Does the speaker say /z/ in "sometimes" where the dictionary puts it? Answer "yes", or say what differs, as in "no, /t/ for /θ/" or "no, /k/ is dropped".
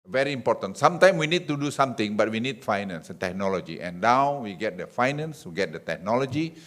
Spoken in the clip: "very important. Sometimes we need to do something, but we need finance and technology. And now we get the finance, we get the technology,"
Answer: no, /z/ is dropped